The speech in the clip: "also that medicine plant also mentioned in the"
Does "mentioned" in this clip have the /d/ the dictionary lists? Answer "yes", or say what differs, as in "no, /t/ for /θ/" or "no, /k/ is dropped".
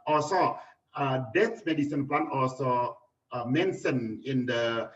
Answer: no, /d/ is dropped